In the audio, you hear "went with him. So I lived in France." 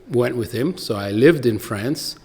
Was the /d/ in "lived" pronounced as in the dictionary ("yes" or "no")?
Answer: yes